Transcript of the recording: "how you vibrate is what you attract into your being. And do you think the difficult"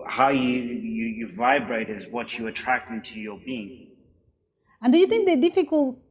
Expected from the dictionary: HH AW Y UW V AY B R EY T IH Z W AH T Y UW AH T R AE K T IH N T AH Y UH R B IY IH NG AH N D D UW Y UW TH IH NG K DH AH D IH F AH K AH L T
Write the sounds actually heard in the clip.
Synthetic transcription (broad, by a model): HH AW Y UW V AY B R EY T IH Z W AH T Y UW AH T R AE K T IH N T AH Y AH R B IY IH NG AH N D D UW Y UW TH IH NG K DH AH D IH F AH K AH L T